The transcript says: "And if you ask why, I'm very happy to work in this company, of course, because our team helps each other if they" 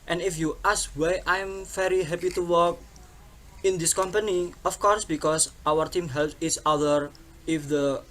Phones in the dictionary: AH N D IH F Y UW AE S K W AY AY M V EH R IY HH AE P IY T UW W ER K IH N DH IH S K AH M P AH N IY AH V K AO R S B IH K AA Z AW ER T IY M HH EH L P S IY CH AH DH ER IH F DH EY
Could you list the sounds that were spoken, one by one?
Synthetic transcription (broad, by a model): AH N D IH F Y UW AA S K W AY AY M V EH R IY HH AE P IY T UW W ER K IH N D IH S K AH M P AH N IY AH F K AO R S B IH K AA S AW ER T IY M HH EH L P IY S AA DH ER IH F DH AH